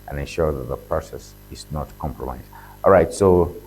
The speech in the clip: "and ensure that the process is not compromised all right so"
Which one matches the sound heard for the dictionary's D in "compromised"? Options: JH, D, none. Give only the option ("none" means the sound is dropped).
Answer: none